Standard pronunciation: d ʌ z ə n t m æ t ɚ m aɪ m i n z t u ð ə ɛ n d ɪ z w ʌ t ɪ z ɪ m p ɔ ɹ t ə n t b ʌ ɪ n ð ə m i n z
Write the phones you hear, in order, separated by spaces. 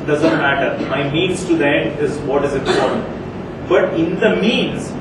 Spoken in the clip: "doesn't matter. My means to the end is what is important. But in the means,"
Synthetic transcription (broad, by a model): d ʌ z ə n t m æ t ɚ m aɪ m i n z t u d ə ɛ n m ɪ z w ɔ t ɪ z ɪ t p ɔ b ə t ɪ n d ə m i n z